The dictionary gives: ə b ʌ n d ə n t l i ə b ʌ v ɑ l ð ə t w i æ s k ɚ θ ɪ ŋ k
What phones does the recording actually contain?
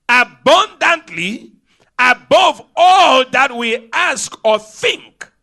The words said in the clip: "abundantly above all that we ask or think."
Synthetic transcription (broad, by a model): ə b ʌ n d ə n t l i ə b ʌ v ɑ l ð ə t w i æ s k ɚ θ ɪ ŋ k